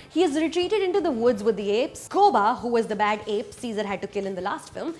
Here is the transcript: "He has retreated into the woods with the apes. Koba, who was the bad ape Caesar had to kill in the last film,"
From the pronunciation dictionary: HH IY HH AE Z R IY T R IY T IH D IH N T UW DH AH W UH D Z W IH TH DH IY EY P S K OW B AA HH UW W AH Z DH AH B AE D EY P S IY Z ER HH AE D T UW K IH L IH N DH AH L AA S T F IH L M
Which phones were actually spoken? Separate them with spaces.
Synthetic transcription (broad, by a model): HH IY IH Z R IY T R IY T IH D IH N T UW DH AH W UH D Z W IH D IY EY P S K OW B AA HH UW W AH Z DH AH B AE D EY P S IY Z ER HH AE D T UW K IH L IH N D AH L AA S T F IH L M